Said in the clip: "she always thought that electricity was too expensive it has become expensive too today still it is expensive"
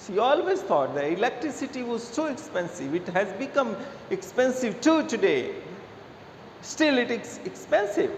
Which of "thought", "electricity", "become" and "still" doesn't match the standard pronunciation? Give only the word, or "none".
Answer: thought